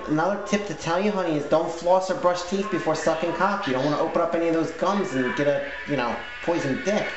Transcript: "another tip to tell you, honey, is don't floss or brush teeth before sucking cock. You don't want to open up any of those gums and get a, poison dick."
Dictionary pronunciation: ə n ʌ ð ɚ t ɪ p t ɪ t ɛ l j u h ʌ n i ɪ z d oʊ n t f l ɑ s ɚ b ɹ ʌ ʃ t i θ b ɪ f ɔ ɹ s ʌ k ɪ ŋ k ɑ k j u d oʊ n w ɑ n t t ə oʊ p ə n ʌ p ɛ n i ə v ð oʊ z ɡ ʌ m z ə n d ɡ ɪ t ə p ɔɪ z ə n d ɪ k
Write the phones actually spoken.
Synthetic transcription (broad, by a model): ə n ʌ ð ɚ t ɪ p t ɪ t ɛ l j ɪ h ʌ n i ɪ z d oʊ n t f l ɑ s ɚ b ɹ ʌ ʃ t i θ b ɪ f ɔ ɹ s ʌ k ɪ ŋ k ɑ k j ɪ d oʊ n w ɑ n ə oʊ p ə n ʌ p ɛ n i ə v ð oʊ z ɡ ʌ m z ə n d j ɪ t ə p ɔɪ z ə n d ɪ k